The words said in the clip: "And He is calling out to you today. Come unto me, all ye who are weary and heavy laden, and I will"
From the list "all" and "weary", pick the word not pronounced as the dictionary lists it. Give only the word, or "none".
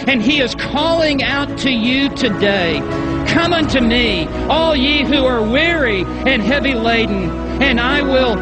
none